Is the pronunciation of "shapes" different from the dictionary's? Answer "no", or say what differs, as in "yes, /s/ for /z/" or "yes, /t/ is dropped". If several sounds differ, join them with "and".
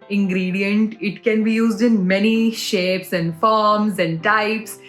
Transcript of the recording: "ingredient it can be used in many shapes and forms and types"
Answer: no